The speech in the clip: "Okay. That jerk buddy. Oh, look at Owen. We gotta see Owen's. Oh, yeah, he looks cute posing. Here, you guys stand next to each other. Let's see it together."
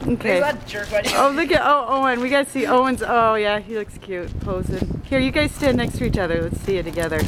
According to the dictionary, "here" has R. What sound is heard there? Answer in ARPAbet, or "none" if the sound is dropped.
R